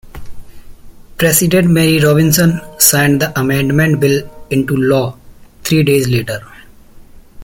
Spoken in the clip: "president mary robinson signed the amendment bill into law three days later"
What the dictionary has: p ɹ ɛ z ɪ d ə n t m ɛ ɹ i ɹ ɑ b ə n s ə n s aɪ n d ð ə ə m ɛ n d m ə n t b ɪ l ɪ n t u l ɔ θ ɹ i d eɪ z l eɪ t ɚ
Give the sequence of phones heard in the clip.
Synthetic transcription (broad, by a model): p ɹ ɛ s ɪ d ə n t m ɛ ɹ i ɹ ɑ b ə n s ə n s aɪ n d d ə ə m ɛ n d m ə n t b ɪ l ɪ n t u l ɔ t ɹ i d eɪ z l eɪ t ɚ